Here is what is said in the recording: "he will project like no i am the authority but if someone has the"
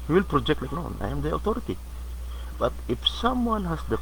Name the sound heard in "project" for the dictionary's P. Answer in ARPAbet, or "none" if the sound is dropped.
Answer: P